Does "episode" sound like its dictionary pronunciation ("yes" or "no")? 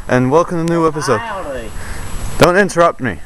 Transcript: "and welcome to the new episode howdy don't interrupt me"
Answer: yes